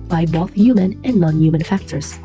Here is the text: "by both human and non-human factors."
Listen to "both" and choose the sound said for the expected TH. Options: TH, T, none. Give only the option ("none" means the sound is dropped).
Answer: TH